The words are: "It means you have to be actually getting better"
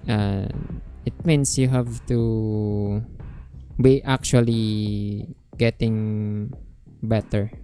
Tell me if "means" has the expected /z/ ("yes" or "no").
no